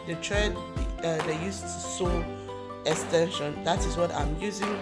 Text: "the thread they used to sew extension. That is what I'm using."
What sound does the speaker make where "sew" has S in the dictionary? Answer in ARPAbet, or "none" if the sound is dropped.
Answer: S